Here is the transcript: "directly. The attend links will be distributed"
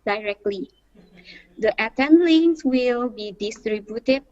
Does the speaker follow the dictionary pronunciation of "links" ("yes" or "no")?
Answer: no